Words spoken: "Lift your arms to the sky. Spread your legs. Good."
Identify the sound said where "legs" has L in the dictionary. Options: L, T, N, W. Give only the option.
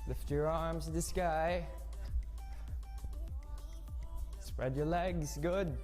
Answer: L